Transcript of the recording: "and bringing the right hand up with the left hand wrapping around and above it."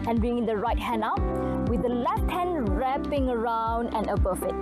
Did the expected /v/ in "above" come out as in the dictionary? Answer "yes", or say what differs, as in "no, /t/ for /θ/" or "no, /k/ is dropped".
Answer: no, /f/ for /v/